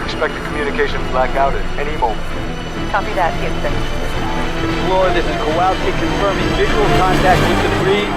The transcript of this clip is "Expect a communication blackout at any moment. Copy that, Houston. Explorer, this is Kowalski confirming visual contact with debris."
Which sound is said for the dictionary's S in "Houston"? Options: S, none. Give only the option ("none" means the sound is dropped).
none